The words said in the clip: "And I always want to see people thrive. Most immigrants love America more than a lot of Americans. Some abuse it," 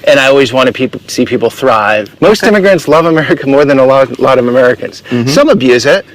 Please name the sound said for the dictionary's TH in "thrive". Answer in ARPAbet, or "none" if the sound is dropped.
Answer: TH